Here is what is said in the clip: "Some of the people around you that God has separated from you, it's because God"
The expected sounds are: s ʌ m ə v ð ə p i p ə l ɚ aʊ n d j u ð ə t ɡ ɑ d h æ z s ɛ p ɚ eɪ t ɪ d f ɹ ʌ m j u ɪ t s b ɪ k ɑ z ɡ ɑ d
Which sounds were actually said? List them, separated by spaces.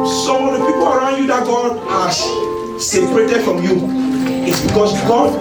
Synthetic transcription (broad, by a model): s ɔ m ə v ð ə p i p ə l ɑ aʊ n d j u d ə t ɡ ɑ d h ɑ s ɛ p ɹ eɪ t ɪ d f ɹ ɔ m j u ɪ t s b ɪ k ɑ s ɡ ɑ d